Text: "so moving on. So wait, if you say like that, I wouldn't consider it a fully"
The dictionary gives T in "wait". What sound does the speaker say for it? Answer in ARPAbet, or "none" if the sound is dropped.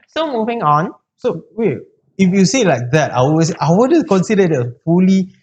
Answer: none